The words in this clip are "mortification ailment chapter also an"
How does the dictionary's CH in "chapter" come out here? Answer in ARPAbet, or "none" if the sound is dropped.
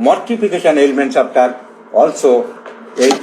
S